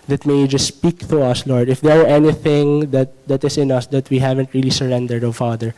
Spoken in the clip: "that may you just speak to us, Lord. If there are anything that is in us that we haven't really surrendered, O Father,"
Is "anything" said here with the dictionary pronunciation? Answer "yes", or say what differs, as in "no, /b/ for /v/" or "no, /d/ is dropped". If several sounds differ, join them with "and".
yes